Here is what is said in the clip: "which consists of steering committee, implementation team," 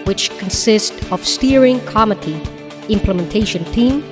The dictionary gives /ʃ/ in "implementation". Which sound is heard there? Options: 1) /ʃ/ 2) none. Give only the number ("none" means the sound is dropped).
1